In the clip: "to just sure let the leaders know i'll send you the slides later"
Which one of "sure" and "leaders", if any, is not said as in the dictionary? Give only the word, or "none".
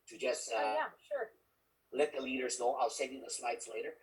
none